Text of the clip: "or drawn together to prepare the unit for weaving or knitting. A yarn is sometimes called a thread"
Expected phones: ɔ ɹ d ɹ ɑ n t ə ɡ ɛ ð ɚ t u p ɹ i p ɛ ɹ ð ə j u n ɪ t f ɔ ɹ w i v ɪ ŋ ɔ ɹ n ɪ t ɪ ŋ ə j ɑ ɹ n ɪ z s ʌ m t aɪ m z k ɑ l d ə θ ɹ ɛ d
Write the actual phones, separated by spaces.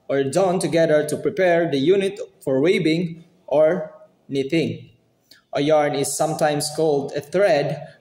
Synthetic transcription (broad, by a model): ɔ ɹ d ɑ n t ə ɡ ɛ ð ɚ t u p ɹ i p ɛ ɹ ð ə j u n ɪ t f ɔ ɹ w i b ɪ ŋ ɔ ɹ n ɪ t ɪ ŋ ə j ɑ ɹ n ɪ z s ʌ m t aɪ m s k ɑ l d ə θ ɹ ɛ d